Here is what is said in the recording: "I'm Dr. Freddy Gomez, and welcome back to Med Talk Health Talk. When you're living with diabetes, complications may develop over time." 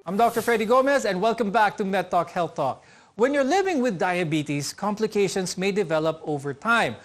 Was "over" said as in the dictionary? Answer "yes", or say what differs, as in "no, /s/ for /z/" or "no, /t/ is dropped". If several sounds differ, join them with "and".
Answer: yes